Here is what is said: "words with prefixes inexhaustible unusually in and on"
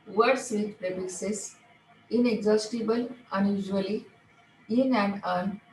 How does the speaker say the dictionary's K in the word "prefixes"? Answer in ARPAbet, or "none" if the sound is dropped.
none